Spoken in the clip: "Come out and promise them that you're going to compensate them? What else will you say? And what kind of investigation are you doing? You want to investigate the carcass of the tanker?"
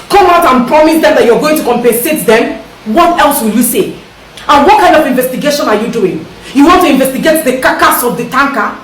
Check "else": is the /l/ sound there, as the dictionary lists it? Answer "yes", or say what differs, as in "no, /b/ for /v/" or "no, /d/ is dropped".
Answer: yes